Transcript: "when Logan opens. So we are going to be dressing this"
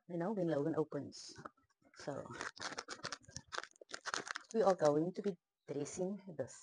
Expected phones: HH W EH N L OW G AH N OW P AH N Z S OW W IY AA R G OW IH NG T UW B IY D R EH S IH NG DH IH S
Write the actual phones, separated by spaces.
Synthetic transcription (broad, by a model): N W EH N L OW G AH N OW P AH N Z S OW W IY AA L G OW IH NG T UW B IY D R EH S IH NG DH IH S